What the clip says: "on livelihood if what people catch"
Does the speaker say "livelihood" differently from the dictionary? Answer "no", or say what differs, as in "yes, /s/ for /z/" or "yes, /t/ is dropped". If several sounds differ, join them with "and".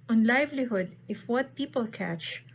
no